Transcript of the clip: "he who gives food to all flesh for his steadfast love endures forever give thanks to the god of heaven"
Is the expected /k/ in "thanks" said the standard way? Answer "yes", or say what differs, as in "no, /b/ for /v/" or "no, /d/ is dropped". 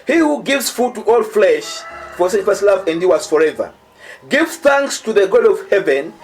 yes